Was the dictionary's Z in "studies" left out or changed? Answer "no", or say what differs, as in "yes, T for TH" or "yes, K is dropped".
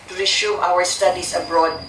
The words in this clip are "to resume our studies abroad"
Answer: yes, S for Z